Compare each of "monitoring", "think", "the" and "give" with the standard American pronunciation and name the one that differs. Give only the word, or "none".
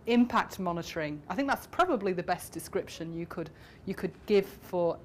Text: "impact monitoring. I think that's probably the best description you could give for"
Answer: none